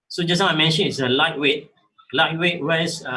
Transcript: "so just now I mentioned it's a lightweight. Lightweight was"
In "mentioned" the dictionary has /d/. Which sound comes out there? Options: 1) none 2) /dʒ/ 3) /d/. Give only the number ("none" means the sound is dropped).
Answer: 1